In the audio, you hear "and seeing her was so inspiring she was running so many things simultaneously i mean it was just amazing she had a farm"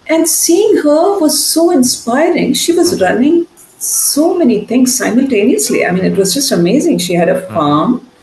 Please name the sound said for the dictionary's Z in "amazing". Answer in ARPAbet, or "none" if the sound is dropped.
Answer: Z